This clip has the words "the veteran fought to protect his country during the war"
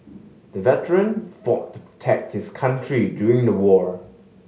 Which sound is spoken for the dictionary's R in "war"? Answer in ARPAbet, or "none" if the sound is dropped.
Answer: R